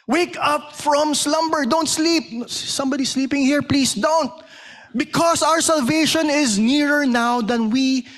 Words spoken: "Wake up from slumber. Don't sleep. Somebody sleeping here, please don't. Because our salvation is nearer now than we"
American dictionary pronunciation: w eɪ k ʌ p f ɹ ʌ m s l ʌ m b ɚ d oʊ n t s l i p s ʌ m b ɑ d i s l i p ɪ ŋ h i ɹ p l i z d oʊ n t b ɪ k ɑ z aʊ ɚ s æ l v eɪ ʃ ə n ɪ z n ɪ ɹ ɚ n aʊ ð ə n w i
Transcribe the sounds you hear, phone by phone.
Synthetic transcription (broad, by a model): w eɪ k ʌ p f ɹ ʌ m s l ʌ m b ɚ d oʊ n t s l i p s ʌ m b ɑ d i s l i p ɪ ŋ h i ɹ p l i s d oʊ n t b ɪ k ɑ s aʊ ɚ s æ l v eɪ ʃ ə n ɪ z n ɪ ɹ ɚ n aʊ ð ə n w i